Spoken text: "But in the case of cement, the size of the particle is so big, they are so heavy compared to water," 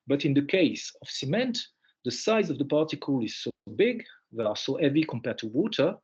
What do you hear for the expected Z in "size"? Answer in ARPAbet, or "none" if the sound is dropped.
Z